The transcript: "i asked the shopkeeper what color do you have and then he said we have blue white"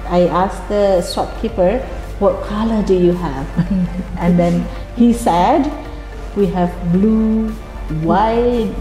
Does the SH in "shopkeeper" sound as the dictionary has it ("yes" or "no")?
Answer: no